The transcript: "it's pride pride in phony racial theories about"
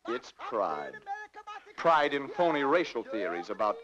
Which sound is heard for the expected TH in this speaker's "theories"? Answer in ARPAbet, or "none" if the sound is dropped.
TH